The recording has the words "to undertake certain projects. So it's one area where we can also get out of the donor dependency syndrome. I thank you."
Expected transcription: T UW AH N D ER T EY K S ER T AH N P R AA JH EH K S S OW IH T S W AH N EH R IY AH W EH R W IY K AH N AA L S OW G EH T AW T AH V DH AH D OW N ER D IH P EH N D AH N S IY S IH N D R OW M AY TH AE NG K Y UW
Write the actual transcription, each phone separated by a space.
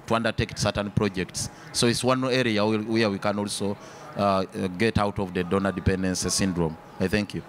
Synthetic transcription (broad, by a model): T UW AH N D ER T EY K S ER T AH N P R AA JH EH K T S OW IH T S W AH N EH R IY AH W EH R W IY K AH N AA L S OW G EH T AW T AH V DH AH D OW N ER D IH P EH N D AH N S S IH N D R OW M AY TH AE NG K Y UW